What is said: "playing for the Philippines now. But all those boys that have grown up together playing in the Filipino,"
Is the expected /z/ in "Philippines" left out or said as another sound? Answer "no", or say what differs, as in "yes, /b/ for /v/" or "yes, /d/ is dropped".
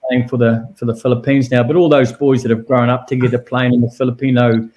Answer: no